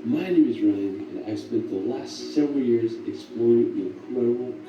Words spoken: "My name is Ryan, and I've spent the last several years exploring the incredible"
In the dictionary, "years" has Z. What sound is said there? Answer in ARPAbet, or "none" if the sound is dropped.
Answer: Z